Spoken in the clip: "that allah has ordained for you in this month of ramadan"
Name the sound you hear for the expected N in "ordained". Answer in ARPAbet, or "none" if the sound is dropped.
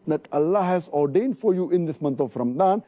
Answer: N